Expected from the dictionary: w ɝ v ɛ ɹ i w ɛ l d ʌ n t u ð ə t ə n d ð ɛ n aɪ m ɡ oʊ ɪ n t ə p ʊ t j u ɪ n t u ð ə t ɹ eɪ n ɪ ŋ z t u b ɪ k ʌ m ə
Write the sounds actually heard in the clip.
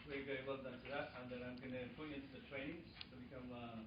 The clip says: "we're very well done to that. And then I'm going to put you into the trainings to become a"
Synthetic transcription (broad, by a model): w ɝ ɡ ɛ i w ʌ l d ʌ n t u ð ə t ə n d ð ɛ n aɪ m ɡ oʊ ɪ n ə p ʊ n ɪ n t u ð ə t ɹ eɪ n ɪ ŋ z t u b ɪ k ʌ m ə